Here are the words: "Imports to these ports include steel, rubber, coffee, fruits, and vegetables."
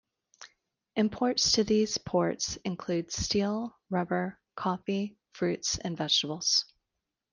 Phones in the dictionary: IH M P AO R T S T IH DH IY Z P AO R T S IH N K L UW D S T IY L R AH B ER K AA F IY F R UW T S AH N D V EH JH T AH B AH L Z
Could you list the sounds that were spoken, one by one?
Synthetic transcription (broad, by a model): IH M P AO R T S T IH DH IY Z P AO R T S IH N K L UW D S T IY L R AH B ER K AA F IY F R UW T S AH N V EH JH T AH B L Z